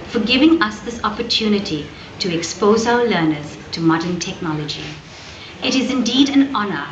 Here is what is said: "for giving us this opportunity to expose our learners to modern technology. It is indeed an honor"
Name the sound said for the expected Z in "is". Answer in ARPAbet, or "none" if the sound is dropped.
Z